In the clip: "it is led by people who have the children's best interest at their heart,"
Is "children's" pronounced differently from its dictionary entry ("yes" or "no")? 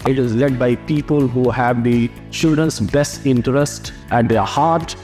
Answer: yes